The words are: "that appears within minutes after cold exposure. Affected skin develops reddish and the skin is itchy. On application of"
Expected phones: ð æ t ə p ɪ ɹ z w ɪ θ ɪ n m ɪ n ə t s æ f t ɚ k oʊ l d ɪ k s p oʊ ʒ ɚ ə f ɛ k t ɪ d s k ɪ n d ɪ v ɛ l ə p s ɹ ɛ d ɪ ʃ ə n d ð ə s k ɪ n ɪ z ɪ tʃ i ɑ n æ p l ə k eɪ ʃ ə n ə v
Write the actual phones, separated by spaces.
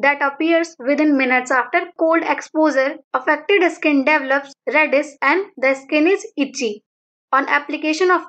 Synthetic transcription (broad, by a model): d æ t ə p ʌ ɹ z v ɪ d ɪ n m ɪ n ə t s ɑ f t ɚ k oʊ l d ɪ k s p oʊ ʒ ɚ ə f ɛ k t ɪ d s k ɪ n d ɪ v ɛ l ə p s ɹ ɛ d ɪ s ə n d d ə s k ɪ n ɪ z ɪ tʃ i ɑ n æ p l ə k eɪ ʃ ə n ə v